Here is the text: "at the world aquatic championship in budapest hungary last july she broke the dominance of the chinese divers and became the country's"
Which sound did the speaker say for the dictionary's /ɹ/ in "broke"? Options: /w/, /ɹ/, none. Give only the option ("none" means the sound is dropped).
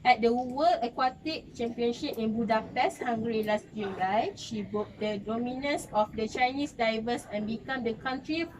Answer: none